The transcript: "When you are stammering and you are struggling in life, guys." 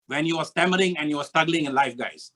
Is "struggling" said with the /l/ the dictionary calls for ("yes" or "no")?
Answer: yes